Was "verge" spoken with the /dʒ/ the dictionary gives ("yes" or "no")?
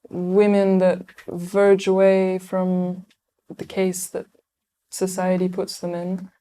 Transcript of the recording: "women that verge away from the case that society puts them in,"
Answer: yes